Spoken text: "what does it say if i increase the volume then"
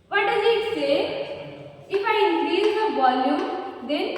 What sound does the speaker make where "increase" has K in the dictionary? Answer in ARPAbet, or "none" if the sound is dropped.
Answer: none